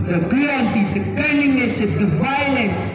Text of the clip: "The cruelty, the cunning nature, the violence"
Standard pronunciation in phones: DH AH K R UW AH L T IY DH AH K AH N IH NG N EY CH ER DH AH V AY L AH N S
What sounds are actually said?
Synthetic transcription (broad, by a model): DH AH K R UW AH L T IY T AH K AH L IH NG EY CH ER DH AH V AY L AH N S